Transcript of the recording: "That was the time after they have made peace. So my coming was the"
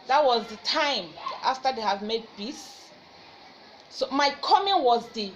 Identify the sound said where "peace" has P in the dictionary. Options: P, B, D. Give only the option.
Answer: B